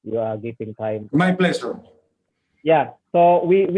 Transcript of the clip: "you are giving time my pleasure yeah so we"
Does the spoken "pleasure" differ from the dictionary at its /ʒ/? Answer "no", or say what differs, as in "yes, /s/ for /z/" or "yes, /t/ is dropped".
yes, /s/ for /ʒ/